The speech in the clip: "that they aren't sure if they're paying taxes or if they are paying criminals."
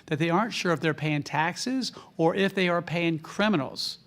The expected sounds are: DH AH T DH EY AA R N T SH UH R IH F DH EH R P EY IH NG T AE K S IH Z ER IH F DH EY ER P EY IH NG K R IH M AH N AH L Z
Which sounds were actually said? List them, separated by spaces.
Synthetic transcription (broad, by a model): DH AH T DH EY AA R N T SH UH R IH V DH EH R P EY IH NG T AE K S IH Z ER IH F DH EY ER P EY IH NG K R IH M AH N L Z